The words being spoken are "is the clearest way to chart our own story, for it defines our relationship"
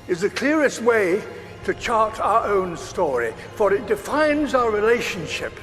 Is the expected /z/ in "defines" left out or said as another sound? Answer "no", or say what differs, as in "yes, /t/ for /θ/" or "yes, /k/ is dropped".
no